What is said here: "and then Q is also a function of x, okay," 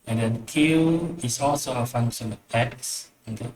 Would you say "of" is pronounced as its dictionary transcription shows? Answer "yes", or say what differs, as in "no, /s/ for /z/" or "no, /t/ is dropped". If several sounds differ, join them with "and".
no, /p/ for /v/